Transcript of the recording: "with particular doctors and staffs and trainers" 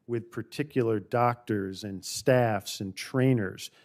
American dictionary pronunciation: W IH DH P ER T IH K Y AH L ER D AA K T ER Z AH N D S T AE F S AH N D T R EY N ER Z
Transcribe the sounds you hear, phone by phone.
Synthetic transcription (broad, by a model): W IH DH P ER T IH K Y L ER D AA K T ER Z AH N S T AE F S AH N T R EY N ER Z